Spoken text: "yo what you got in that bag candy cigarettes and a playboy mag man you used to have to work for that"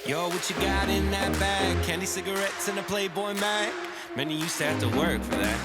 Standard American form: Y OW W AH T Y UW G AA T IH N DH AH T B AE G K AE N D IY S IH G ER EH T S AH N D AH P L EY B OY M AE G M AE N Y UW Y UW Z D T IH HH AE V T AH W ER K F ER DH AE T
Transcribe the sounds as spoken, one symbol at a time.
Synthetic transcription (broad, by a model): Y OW W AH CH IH G AA T IH N DH AH T B AE G K AE N D IY S IH G ER EH T S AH N AH P L EY B OY M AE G M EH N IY Y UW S T IH HH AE F T AH W ER K F ER DH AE T